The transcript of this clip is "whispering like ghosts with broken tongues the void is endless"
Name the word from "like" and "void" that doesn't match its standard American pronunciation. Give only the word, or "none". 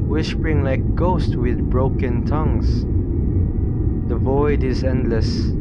none